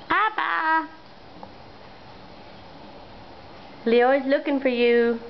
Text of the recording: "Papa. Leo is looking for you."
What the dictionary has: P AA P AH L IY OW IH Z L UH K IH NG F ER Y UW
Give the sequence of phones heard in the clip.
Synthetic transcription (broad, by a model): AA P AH L IY OW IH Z L UH K IH NG F ER Y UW